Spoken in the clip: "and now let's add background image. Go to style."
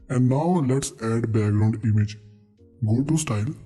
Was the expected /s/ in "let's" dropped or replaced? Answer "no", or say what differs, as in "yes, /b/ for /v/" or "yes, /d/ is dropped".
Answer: no